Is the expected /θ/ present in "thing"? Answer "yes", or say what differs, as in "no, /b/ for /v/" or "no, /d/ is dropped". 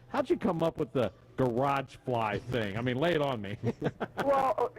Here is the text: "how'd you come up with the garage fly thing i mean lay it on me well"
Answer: yes